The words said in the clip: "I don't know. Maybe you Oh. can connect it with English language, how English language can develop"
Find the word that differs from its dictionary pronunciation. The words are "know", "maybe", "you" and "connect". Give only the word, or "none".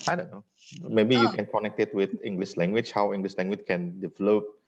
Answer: none